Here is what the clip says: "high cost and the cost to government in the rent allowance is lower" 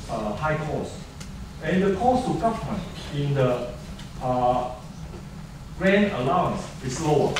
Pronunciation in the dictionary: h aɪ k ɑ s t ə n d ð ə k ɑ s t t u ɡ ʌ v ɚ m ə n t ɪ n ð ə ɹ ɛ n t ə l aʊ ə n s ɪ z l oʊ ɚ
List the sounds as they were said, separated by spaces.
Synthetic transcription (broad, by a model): h aɪ k ɑ s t ə n d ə k ɑ s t t u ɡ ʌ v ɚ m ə n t ɪ n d ə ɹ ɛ n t ə l aʊ ə n s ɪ s l oʊ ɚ